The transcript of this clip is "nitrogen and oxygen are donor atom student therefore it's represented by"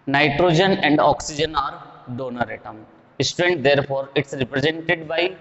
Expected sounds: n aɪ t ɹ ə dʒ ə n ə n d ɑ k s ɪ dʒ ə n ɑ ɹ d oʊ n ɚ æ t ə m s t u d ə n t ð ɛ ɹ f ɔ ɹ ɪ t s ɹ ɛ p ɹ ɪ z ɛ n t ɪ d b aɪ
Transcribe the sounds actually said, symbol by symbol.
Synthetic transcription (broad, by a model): n aɪ t ɹ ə dʒ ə n ə n d ɑ k s ɪ dʒ ə n ɑ ɹ d oʊ n ɚ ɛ t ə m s t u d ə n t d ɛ ɹ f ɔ ɹ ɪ t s ɹ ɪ p ɹ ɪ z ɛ n t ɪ d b aɪ